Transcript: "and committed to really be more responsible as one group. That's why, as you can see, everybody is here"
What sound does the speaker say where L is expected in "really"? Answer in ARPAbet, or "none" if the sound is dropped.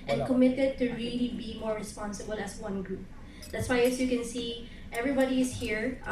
L